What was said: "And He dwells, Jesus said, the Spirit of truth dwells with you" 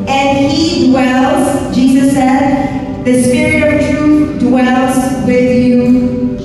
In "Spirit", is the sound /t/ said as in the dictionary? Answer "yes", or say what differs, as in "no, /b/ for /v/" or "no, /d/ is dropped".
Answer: yes